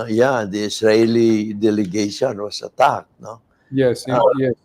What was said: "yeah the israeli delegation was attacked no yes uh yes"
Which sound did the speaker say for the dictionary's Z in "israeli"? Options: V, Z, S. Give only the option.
S